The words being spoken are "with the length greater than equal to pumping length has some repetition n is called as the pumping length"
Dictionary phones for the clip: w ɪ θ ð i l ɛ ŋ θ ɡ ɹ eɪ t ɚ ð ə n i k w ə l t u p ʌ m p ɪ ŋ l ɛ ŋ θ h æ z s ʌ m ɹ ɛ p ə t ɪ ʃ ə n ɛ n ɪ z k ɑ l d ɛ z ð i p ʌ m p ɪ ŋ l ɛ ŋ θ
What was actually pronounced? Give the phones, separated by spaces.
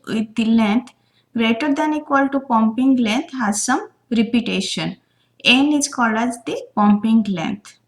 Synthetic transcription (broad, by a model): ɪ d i l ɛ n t ɡ ɹ eɪ t ɚ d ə n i k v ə l t u p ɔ m p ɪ ŋ l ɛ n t h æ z s ʌ m ɹ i p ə t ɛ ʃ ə n ɛ n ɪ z k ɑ l ɑ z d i p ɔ m p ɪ ŋ l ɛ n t